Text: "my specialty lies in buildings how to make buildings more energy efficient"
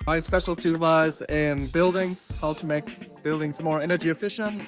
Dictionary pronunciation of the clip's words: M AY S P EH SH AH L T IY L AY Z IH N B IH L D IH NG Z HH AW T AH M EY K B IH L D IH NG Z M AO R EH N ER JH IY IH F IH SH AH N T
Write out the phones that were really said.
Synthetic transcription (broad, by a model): M AY S P EH SH L T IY W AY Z IH N B IH L D IH NG Z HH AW T AH M EY K B IH L D IH NG Z M AO R EH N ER JH IY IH F IH SH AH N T